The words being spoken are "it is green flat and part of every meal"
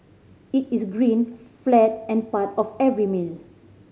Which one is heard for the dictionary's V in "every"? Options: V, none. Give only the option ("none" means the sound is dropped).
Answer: V